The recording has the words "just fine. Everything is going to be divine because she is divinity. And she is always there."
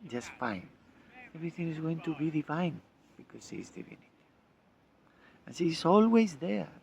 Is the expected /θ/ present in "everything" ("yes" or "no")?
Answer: yes